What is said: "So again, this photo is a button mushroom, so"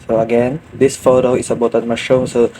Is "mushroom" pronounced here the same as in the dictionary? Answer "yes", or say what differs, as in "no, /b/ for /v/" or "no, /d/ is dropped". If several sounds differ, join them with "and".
no, /ɹ/ is dropped